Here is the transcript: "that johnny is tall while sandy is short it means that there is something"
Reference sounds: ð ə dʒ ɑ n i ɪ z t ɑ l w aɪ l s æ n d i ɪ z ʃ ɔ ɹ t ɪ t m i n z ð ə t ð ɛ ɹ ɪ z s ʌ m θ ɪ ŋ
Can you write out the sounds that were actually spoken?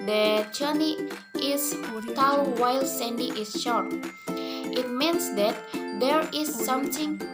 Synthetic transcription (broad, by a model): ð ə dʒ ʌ n i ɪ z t ɑ w w aɪ l s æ n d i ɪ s ʃ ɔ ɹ t ɪ t m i n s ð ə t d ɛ ɹ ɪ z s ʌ m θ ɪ ŋ